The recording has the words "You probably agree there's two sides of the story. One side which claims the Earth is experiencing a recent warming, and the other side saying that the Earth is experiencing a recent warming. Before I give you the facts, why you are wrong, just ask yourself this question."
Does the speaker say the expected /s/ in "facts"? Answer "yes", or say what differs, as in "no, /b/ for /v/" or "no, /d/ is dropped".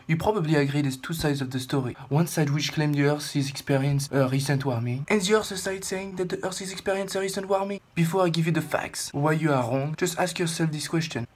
yes